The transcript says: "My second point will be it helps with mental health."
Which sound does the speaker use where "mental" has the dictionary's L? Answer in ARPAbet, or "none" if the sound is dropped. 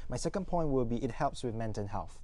N